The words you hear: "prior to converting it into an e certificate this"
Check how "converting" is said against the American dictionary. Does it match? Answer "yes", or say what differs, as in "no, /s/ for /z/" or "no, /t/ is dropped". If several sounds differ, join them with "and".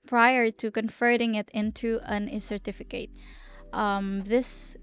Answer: no, /f/ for /v/